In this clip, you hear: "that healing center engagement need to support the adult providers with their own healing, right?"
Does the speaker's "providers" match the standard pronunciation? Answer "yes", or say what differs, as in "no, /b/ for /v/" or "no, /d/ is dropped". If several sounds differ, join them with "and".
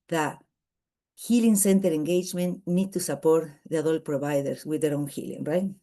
no, /s/ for /z/